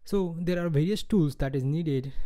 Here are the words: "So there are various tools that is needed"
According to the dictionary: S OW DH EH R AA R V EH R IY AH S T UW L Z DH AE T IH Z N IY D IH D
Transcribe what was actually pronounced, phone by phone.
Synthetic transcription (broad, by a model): S OW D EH R AA R V EH R IY AH S T UW L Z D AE T IH Z N IY D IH D